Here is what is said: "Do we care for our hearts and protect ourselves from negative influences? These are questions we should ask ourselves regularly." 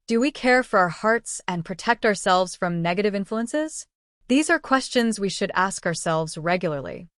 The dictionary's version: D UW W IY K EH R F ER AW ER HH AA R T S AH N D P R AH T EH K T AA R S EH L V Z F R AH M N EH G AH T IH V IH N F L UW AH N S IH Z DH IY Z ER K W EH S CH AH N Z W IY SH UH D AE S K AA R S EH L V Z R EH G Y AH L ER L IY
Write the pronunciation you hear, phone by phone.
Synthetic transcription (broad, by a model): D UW W IY K EH R F ER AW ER HH AA R T S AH N P R AH T EH K T AA R S EH L V Z F R AH M N EH G AH T IH V IH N F L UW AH N S IH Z DH IY Z ER K W EH S CH AH N Z W IY SH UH D AE S K AA R S EH L V Z R EH G Y L ER L IY